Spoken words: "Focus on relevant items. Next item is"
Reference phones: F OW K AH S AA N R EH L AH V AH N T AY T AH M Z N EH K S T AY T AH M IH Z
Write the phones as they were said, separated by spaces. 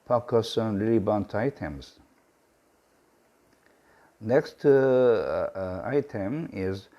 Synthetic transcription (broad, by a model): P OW K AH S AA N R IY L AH B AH N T AY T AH M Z N EH K S T AY T AH M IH Z